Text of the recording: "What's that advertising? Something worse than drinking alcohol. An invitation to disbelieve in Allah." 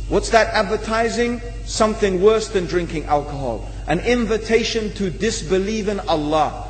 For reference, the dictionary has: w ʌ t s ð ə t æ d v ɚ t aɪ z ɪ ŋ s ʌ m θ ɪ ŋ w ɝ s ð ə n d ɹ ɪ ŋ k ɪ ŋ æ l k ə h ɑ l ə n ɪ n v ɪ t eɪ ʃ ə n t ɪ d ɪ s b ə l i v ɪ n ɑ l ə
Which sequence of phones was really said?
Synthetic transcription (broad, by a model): w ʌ t s ð ə t æ d v ɚ t aɪ z ɪ ŋ s ʌ m θ ɪ ŋ w ɝ s ð ə n d ɹ ɪ ŋ k ɪ ŋ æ l k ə h ɑ l ə n ɪ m v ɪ t eɪ ʃ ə n t ɪ d ɪ s b ə l i v ɪ n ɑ l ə